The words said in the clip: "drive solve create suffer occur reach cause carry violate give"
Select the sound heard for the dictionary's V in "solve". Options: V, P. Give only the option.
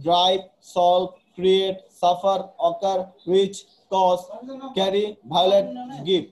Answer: P